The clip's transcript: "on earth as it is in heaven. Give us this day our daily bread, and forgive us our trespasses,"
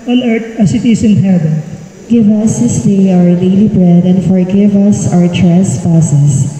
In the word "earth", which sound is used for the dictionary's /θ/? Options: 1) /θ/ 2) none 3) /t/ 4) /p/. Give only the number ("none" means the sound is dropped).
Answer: 3